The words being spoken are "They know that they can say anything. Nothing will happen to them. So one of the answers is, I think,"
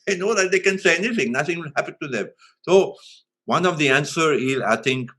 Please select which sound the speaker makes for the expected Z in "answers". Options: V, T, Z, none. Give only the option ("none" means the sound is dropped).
none